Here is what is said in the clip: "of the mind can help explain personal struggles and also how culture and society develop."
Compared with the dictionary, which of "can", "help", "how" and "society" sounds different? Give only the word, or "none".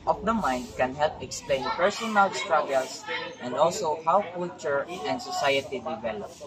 none